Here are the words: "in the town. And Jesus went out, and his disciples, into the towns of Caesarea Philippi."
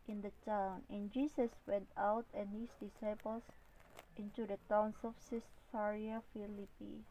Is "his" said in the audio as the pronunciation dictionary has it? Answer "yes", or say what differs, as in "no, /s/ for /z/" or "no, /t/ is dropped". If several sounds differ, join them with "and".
no, /s/ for /z/